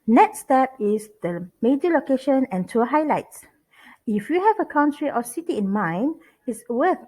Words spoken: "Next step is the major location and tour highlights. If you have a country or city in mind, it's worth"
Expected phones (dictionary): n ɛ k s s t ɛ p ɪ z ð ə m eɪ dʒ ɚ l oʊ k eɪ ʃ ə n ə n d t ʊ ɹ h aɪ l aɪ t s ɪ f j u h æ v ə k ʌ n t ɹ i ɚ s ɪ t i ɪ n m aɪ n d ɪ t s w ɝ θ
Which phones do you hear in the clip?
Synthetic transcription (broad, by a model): n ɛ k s s t ɛ p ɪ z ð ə m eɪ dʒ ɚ l oʊ k eɪ ʃ ə n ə n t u h aɪ l aɪ t s ɪ f j u h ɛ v ə k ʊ n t ɹ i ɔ s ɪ t i ɪ n m aɪ n ɪ t s w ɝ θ